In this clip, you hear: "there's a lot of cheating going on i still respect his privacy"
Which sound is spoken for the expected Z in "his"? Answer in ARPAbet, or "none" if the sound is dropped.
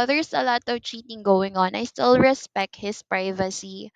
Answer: S